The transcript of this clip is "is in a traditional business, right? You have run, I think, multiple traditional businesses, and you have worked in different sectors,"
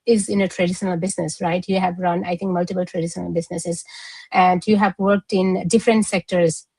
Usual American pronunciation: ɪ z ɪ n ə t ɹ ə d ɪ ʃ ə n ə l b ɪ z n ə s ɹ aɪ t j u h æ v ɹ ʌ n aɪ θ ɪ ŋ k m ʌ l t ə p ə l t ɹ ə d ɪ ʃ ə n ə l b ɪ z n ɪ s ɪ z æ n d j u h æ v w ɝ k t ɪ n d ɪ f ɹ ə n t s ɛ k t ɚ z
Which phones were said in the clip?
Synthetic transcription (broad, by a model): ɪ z ɪ n ə t ɹ ə d ɪ ʃ ə n ə l b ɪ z n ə s ɹ aɪ t j u h æ v ɹ ʌ n aɪ t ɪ ŋ k m ʌ l t ə p ə l t ɹ ə d ɪ ʃ ə n ə l b ɪ z n ɪ s ɪ z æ n d j u h æ v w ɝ k t ɪ n d ɪ f ɹ ə n t s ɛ k t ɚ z